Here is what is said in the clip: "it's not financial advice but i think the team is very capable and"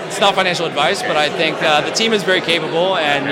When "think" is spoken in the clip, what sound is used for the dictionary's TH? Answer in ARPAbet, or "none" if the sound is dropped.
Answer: TH